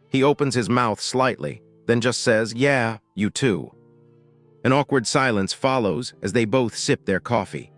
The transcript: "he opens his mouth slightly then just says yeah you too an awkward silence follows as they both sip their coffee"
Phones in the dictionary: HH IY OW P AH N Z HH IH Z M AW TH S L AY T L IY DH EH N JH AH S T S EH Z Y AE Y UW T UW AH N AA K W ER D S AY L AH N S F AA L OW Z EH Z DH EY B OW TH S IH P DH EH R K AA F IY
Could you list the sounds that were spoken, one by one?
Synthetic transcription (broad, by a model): HH IY OW P AH N Z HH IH Z M AW TH S L AY T L IY DH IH N JH AH S T S EH Z Y AE Y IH T UW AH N AA K W ER D S AY L AH N S F AA L OW Z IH Z DH EY B OW TH S IH P DH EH R K AA F IY